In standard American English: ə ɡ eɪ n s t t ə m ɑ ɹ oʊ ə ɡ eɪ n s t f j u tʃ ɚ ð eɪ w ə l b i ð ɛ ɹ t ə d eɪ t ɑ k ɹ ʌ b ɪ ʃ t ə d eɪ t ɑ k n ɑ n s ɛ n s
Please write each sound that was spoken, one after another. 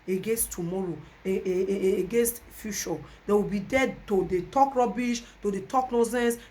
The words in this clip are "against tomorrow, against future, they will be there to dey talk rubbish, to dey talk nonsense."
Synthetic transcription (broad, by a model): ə ɡ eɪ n s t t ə m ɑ ɹ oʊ ə ɡ eɪ n s t f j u ʃ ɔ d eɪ w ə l b i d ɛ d t ə d eɪ t ɑ k ɹ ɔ b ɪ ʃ t ə d eɪ t ɑ k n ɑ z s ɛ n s